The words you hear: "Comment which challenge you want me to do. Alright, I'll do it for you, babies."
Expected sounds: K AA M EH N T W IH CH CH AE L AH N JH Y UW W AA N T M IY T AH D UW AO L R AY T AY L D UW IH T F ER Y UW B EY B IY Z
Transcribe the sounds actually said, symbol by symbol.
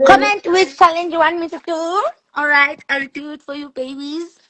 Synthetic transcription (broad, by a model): K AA M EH N T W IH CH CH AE L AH N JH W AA N M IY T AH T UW AO L R AY T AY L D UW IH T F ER Y UW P EY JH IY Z